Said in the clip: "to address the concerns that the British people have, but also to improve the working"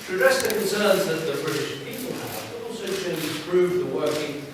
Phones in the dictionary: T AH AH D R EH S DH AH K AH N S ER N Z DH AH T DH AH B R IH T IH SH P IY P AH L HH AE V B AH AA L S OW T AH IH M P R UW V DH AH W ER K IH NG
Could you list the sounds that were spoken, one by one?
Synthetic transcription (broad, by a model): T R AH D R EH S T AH K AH N S ER N Z DH AH T DH AH B R IH T IH SH P IY P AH L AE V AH AA L S OW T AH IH P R UW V DH AH W ER K IH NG